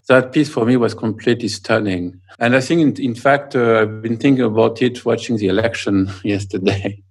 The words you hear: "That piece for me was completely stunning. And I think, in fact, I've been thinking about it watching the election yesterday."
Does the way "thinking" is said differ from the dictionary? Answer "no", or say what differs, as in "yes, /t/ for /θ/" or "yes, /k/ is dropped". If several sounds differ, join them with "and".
no